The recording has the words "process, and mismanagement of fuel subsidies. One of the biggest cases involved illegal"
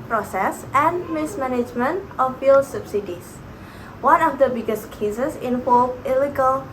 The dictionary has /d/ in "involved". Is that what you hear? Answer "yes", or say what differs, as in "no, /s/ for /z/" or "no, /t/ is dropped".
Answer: no, /d/ is dropped